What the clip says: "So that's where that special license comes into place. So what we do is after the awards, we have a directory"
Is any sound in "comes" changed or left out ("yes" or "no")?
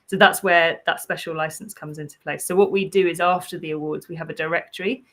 no